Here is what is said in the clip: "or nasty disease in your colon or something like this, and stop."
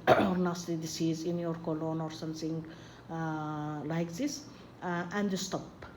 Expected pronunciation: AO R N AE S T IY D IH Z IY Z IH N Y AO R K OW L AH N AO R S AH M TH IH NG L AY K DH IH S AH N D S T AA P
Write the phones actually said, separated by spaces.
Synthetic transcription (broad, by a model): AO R N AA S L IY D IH S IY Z IH N Y AO R K OW L AH N AO R S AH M T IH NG L AY K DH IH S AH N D S T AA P